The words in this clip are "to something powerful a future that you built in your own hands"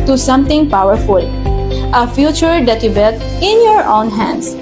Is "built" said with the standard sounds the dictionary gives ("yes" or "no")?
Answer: no